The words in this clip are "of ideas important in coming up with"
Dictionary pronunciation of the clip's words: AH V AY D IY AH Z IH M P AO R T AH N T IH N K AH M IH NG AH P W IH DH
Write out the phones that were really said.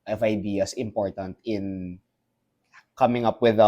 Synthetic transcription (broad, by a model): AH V AY D IY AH S IH M P AO R T AH N T IH N K AH M IH NG AH P W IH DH